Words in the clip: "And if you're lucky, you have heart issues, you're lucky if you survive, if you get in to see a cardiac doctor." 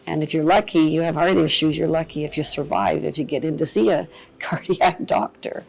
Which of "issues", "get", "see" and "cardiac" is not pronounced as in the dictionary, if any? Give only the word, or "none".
none